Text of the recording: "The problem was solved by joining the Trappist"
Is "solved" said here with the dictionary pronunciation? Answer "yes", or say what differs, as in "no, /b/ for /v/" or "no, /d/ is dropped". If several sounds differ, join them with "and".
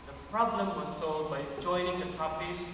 no, /v/ is dropped